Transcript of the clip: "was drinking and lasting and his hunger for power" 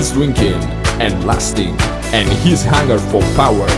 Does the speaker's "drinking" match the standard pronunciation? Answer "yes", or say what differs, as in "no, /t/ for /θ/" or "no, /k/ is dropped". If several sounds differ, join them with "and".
no, /w/ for /ɹ/